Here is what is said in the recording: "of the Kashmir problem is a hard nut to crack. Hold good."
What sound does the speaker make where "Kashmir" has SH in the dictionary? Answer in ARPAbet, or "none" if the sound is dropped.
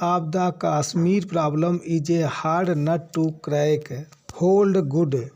S